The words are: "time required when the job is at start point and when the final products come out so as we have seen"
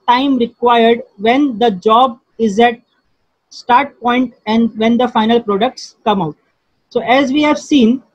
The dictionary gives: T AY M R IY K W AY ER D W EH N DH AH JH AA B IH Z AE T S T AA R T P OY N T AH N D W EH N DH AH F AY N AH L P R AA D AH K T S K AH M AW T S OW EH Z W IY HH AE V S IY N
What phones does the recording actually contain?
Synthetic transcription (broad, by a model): T AY M R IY K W AY ER D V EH N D AH JH AA B IH Z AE T S T AA R T P OY N T AH N D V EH N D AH F AY N AH L P R AA D AH K T S K AH M AW T S OW EH Z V IY HH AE V S IY N